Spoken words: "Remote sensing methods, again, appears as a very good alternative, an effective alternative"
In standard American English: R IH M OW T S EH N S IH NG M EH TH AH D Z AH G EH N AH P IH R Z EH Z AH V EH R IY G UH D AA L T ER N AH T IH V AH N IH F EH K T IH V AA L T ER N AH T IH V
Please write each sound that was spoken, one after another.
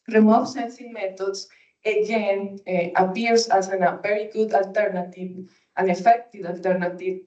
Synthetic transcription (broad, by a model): R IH M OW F S EH N S IH NG M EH T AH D S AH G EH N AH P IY R S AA S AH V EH R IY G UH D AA L T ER N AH T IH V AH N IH F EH K T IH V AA L T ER N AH T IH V